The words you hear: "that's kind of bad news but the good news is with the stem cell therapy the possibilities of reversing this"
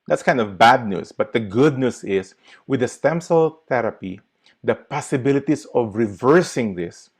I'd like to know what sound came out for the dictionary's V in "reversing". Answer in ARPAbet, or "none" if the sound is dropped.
V